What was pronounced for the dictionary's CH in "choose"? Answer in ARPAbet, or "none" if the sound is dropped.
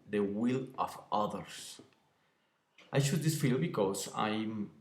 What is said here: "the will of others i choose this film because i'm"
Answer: SH